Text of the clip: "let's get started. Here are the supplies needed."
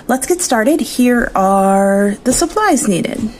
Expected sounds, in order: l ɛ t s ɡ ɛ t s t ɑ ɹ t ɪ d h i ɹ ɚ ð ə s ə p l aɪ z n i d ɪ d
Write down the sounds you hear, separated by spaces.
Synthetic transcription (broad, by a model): l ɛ t s ɡ ɛ t s t ɑ ɹ t ɪ d h i ɹ ɚ ð ə s ə p l aɪ z n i d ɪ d